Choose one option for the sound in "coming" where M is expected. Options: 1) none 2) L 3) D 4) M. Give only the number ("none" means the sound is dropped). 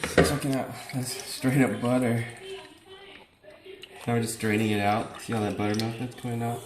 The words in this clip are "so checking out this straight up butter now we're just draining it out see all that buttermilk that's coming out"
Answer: 1